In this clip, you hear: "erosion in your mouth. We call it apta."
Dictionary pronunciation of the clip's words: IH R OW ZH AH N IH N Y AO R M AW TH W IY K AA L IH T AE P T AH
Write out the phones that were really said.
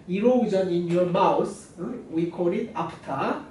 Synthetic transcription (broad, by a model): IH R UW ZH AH N IH N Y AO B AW S W IY K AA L IH T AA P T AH